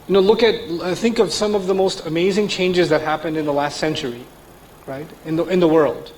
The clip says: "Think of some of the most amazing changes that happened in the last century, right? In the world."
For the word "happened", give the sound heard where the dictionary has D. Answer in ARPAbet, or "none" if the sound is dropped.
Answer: D